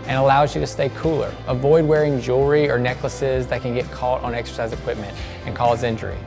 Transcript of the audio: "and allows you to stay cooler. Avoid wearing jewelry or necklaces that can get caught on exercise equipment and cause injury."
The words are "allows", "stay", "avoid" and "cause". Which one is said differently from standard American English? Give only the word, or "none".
none